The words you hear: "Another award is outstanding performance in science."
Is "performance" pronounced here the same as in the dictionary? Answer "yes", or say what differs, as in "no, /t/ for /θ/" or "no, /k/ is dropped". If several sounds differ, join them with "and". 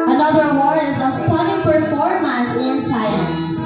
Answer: no, /n/ is dropped